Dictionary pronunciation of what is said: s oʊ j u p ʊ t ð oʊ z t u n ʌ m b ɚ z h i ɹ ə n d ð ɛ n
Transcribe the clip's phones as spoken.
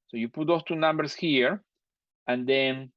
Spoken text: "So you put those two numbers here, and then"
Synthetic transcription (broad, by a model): s oʊ j u p ʊ t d oʊ s t u n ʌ m b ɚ s h i ɹ ə n d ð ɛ n